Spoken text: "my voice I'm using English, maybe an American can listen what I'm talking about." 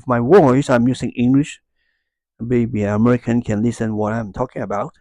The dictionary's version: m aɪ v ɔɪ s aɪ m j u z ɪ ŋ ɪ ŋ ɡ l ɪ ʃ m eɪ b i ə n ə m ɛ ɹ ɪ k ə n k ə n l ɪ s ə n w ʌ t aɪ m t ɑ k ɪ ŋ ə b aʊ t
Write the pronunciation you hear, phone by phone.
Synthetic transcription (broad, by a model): m aɪ w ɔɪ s aɪ m j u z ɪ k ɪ ŋ ɡ l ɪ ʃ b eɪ b i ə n ə m ɛ ɹ ɪ k ə n k ə n l ɪ s ə n w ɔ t aɪ m t ɑ k ɪ ŋ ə b aʊ t